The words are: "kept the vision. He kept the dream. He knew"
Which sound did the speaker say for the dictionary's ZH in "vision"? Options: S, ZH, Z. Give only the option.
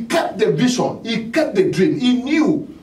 S